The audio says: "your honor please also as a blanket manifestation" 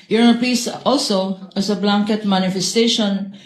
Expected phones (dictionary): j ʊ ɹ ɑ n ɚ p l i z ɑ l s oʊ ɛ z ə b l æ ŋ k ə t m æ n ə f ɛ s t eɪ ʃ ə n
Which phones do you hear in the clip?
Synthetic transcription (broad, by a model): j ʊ ɹ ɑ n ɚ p i s ɑ l s oʊ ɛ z ə b l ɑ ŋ k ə t m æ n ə f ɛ s t eɪ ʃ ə n